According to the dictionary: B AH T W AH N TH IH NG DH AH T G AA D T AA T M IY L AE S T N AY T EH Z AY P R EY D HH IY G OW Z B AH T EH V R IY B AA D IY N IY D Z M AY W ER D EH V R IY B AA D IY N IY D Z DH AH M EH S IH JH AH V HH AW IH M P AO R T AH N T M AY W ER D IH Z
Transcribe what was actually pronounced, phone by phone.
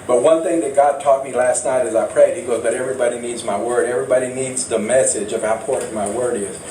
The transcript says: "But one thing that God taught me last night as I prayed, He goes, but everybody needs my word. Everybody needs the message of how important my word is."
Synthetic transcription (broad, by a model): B AH T W AH N TH IH NG DH AH T G AA D T AA T M IY L AE S T N AY T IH Z AY P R EY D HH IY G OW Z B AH T EH V R IY B AA D IY N IY D Z M AY W ER D EH V R IY B AA D IY N IY D Z DH AH M EH S IH JH AH V HH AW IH P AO R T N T M AY W ER D IH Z